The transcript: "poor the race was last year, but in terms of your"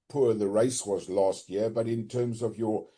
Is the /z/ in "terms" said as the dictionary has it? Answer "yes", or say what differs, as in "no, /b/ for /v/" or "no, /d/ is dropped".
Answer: yes